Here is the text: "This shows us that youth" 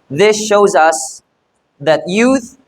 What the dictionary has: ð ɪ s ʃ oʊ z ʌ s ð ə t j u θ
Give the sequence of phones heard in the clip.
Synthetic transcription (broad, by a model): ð ɪ s ʃ oʊ z ʌ s ð ə t j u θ